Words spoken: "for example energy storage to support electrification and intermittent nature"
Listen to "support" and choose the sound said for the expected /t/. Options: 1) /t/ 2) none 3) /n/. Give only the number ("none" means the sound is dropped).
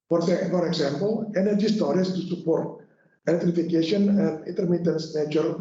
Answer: 1